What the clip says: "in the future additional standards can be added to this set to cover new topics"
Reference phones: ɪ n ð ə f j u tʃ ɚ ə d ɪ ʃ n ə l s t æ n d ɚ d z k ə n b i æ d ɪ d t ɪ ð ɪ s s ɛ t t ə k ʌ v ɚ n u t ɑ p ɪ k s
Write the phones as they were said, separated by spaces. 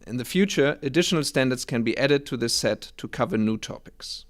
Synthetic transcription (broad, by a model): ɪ n ð ə f j u tʃ ɚ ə d ɪ ʃ n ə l s t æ n d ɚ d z k ə n b i æ d ɪ d t ɪ ð ɪ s s ɛ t t ə k ʌ v ɚ n u t ɑ p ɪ k s